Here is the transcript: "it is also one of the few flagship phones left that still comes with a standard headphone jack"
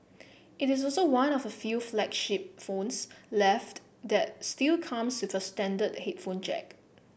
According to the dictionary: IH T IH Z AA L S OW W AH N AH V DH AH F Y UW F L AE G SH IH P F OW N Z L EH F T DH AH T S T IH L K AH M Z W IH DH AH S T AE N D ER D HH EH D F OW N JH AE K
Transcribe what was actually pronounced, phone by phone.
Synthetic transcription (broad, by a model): IH T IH S AA L S OW W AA N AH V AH F Y UW F L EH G SH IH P F OW N S L EH F T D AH T S T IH L K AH M S W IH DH AH S T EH N D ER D HH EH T F OW N CH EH K